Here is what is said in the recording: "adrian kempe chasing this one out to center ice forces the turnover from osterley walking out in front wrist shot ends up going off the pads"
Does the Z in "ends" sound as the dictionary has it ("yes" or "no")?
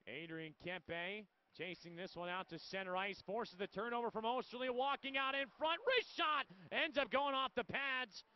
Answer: yes